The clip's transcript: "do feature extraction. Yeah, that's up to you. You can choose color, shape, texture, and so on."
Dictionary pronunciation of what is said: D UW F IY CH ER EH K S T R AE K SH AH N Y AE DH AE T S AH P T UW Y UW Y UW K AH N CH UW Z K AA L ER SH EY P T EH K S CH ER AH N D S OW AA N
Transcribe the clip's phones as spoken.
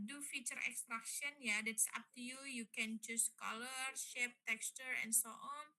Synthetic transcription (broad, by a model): D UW F IY CH ER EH K S T R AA K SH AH N Y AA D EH T S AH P T UW Y UW Y UW K AH N CH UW S K AA L ER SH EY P T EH K S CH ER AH N S OW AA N